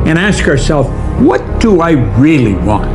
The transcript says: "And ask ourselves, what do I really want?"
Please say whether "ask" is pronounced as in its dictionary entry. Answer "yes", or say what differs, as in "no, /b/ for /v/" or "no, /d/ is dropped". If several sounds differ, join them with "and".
yes